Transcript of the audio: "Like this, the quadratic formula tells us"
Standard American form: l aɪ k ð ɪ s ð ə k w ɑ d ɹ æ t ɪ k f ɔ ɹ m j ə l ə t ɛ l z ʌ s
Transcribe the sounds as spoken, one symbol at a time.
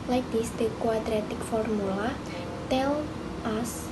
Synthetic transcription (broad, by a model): l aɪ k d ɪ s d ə k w ɑ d ɹ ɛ t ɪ k f ɔ ɹ m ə l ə t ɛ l ʌ s